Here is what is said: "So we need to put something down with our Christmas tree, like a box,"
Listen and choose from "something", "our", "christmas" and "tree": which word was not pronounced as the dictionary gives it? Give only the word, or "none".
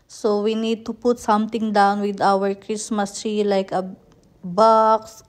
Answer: something